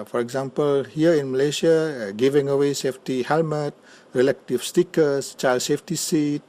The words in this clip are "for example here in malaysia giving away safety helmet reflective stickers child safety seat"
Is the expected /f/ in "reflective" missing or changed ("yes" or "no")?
yes